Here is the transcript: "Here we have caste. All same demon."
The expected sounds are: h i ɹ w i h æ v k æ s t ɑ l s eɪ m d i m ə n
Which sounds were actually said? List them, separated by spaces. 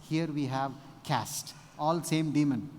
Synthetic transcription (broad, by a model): h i ɹ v i h æ v k æ s t ɑ l s eɪ m d i m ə n